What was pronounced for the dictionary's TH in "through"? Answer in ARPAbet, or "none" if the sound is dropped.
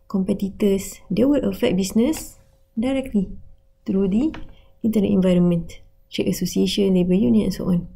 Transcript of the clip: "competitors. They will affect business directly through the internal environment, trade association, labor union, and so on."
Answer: T